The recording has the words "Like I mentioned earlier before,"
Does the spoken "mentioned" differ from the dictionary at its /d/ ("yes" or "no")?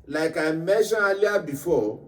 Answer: yes